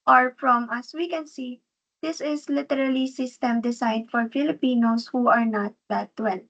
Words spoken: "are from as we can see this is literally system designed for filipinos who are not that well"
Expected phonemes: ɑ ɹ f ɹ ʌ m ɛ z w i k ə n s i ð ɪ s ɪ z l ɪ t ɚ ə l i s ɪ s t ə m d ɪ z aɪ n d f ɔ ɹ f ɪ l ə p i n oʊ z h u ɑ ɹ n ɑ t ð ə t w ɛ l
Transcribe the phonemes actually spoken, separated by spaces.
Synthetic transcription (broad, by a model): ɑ ɹ f ɹ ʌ m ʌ s w i k ə n s i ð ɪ s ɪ s l ɪ t ɚ ə l i s ɪ s t ə m d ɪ s aɪ d f ɔ ɹ f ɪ l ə p i n oʊ s h u ɑ ɹ n ɑ t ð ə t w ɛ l